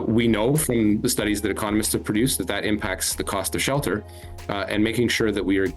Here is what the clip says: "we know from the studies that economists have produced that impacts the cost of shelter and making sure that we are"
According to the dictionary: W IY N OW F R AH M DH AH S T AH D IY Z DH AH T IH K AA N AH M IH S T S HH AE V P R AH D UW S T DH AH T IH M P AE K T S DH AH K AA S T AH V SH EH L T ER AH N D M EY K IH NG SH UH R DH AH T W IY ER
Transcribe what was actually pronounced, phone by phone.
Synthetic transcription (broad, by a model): W IY N OW F R AH M DH AH S T AH D IY Z DH AH T IH K AA N AH M IH S T S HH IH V P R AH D UW S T DH AH T IH M P AE K T S DH AH K AA S T AH V SH EH L T ER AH N M EY K IH NG SH UH R DH AH T W IY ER